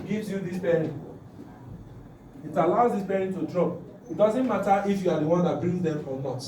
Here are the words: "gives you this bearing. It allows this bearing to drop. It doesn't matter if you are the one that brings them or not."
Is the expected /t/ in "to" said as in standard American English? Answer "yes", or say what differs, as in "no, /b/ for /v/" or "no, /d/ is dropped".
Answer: yes